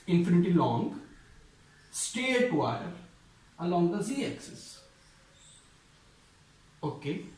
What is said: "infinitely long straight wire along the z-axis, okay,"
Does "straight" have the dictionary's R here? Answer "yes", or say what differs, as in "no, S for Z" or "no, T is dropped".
no, R is dropped